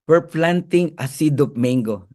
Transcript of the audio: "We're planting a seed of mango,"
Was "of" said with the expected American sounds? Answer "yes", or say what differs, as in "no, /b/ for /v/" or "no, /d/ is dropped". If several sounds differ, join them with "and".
no, /p/ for /v/